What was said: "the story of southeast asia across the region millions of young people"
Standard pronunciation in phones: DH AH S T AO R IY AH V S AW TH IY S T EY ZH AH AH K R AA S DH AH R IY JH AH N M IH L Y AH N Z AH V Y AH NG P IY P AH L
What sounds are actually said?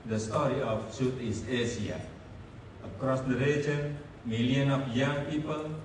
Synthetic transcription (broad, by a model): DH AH S T AO R IY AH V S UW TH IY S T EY S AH AH K R AA S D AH R IY JH AH N M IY L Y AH N AH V Y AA NG P IY P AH L